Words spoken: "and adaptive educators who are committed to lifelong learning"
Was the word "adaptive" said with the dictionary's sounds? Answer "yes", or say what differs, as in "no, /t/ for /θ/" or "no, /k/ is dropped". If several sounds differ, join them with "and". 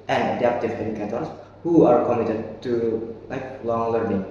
no, /f/ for /p/